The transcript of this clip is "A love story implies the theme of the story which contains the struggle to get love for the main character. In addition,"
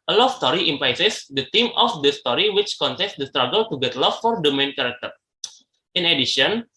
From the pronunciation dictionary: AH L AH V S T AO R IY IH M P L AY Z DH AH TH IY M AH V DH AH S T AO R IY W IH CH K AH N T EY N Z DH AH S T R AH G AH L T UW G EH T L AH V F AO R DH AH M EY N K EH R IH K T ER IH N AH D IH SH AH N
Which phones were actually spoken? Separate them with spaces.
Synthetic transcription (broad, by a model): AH L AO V S T AO R IY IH M P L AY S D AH T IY M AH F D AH S T AO R IY W IH CH K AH N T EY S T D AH S T R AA G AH L T UW G EH T L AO F AO R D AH M EY N K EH R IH K T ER IH N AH D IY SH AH N